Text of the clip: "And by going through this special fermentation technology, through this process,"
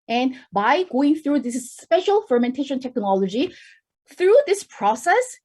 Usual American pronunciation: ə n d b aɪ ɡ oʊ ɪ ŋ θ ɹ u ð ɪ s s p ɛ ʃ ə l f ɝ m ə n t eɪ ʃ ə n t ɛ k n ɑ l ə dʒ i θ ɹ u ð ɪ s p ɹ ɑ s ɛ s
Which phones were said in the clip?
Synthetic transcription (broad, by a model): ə n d b aɪ ɡ oʊ ɪ ŋ θ ɹ u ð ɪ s s p ɛ ʃ ə l f ɝ m ə n t eɪ ʃ ə n t ɛ k n ɑ l ə dʒ i θ ɹ u ð ɪ s p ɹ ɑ s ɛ s